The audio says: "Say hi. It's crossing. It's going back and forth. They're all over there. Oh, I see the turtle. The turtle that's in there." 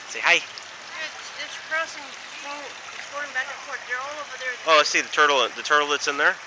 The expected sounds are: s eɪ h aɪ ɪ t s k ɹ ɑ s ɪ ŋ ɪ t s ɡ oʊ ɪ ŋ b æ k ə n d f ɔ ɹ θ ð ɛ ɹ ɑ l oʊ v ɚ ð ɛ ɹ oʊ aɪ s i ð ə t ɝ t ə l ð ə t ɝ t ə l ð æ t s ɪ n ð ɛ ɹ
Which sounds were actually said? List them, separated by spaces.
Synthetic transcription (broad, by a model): s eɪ h aɪ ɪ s k ɹ ɑ s ɪ ŋ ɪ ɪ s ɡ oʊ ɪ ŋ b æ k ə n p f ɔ ɹ t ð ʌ ɹ ɑ l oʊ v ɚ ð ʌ ɹ oʊ aɪ s i ð ə t ɝ t l ð ə t ɝ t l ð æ t s ɪ n ð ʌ ɹ